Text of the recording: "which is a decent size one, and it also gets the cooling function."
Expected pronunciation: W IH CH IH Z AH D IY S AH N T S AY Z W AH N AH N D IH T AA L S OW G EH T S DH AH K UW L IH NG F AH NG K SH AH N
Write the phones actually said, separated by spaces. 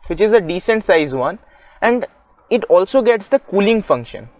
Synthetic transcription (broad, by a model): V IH CH IH Z AH D IY S AH N T S AY Z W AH N AH N D IH T AA L S OW G EH T S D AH K UW L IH NG F AH NG K SH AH N